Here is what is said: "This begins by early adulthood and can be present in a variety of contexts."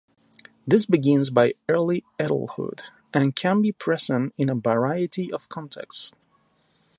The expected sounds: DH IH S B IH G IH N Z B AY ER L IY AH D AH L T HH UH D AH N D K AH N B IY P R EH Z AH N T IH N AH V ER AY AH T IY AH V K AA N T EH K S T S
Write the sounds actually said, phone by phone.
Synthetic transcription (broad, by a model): DH IH S B IH G IH N Z B AY ER L IY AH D L HH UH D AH N K AH N B IY P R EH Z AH N T IH N AH V ER AY AH T IY AH V K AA N T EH K S T